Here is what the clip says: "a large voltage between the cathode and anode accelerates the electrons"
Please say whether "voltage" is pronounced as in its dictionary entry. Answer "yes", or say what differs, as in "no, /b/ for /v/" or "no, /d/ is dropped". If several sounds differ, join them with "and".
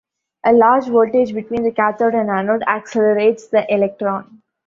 no, /l/ is dropped